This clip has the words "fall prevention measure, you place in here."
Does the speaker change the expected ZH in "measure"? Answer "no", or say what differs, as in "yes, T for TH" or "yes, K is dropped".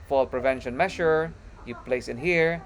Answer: yes, SH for ZH